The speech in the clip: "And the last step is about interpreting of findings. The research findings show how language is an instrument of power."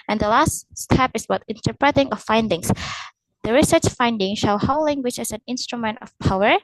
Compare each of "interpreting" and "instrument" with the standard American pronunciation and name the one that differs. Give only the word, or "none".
none